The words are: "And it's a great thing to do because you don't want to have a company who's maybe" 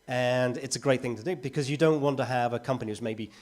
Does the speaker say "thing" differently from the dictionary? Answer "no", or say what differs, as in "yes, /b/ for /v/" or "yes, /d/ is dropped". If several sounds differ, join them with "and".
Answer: no